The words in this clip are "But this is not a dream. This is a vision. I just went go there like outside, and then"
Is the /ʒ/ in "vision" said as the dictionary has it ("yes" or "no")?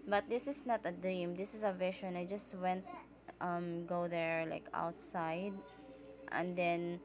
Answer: no